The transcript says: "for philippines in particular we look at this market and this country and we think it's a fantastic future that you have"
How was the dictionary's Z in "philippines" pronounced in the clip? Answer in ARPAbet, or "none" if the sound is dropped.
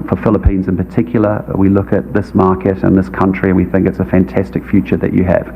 Z